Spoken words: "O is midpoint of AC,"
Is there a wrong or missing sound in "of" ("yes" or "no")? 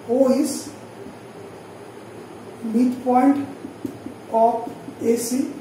yes